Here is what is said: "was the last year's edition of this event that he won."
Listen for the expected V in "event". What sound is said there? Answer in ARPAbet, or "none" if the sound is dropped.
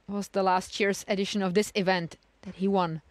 V